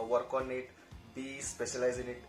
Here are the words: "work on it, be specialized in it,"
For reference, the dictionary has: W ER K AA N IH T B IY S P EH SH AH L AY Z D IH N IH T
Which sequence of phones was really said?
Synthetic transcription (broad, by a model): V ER K AA N IH T B IY S P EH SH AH L AY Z IH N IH T